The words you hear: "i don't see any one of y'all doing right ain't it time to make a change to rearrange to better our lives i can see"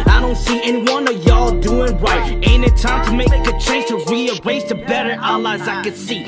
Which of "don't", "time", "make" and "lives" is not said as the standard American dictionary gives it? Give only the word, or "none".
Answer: lives